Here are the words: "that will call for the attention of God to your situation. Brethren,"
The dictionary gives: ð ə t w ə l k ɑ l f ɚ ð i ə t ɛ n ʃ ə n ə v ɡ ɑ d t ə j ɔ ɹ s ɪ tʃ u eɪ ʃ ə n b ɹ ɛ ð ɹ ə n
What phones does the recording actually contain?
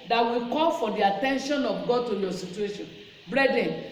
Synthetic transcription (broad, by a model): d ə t w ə k ɑ l f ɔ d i ə t ɛ n ʃ ə n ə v ɡ ɑ d t ə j ɔ s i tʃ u eɪ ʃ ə n b ɹ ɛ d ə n